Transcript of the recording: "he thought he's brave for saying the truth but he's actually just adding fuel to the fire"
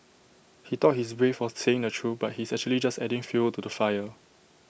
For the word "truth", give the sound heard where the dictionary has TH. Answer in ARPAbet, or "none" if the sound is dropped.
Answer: F